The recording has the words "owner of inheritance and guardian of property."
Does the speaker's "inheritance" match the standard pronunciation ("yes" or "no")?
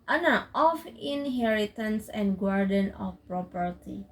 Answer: yes